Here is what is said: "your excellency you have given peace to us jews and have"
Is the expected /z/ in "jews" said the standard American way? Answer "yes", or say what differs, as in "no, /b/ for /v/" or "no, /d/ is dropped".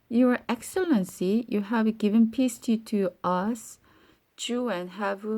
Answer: no, /z/ is dropped